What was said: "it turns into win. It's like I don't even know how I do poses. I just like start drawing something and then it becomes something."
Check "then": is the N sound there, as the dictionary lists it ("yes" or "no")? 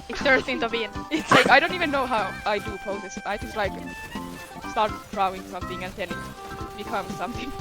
no